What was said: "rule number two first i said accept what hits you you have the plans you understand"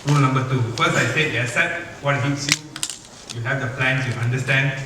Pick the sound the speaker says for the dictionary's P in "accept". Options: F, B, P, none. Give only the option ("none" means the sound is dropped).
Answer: none